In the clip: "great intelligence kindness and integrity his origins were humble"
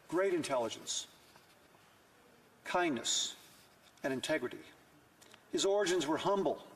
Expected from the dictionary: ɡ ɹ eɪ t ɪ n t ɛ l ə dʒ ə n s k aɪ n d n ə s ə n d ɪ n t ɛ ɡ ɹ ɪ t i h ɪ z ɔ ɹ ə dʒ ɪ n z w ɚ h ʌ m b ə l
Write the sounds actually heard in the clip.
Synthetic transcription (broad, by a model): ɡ ɹ eɪ t ɪ n t ɛ l ə dʒ ə n s k aɪ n n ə s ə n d ɪ n t ɛ ɡ ɹ ɪ t i h ɪ z ɔ ɹ ə dʒ ɪ n z w ɚ h ʌ m b l